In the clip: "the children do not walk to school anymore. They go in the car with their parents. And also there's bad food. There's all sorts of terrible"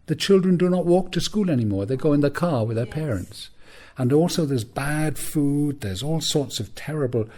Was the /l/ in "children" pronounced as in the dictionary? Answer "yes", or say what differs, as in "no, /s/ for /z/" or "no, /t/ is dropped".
yes